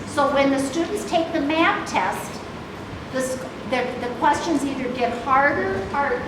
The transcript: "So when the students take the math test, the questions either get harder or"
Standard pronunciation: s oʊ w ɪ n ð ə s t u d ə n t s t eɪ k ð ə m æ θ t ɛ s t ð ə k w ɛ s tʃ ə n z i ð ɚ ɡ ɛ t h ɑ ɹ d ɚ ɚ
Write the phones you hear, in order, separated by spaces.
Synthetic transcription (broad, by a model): s oʊ w ɪ n ð ə s t u d n t s t eɪ k ð ə m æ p t ɛ s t ð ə k w ɛ s tʃ ə n z i ð ɚ ɡ ɛ t h ɑ ɹ d ɚ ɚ